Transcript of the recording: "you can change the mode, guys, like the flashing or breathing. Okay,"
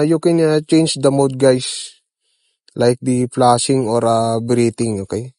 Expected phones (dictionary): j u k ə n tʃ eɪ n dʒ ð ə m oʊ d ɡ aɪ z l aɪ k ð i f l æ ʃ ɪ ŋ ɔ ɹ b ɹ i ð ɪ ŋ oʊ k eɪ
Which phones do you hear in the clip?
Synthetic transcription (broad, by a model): j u k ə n tʃ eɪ n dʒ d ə m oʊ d ɡ aɪ s l aɪ k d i p l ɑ s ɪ ŋ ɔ ɹ b ɹ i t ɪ ŋ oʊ k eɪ